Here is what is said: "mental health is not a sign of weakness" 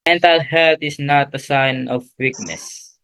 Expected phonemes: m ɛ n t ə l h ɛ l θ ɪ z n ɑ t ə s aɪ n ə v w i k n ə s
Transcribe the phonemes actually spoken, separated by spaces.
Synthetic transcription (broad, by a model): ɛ n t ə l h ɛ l t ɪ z n ɑ t ə s aɪ n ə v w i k n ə s